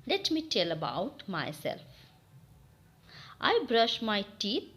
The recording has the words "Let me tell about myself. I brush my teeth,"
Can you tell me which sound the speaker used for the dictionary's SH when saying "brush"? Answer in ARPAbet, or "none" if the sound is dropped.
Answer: SH